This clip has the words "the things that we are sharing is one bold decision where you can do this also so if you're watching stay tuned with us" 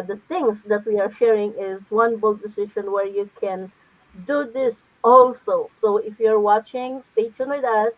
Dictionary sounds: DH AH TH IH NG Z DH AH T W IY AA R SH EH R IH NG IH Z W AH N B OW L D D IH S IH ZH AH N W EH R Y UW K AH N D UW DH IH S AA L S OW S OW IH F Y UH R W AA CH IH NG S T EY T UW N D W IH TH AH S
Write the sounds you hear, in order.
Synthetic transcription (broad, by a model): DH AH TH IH NG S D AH T W IY AA R SH EH R IH NG IH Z W AH N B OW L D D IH S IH SH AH N W EH R Y UW K AH N D UW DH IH S AA L S OW S OW IH F Y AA R W AA CH IH NG S T EY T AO N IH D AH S